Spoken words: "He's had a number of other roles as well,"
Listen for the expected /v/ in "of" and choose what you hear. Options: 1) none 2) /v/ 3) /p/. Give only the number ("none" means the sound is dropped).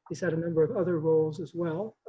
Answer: 2